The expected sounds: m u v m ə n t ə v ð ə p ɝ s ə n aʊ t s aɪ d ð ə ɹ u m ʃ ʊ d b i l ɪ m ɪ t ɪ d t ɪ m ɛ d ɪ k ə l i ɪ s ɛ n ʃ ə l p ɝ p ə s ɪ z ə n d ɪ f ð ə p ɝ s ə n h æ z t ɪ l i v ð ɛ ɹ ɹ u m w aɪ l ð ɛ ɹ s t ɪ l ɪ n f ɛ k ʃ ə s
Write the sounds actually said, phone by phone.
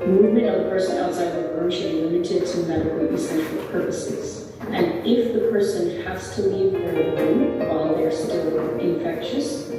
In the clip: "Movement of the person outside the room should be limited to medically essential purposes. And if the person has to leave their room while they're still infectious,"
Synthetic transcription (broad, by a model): m u v m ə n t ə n ð ə p ɝ s ə n aʊ t s aɪ d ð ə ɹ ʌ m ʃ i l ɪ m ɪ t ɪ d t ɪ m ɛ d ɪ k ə n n s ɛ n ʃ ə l p ɝ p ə s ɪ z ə n ɪ f ð ə p ɝ s ə n h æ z t ɪ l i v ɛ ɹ l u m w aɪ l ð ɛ ɹ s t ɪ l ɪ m f ɛ k ʃ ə s